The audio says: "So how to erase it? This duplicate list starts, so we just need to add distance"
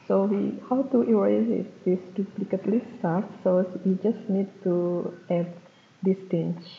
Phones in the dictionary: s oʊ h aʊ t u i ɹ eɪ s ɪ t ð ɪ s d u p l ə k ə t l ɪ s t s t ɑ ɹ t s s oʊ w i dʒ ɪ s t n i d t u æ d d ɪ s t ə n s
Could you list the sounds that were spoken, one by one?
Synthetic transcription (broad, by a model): s oʊ h aʊ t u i w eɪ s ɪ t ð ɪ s d u p l ə k ə t l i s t s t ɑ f s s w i dʒ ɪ s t n i d t u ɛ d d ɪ s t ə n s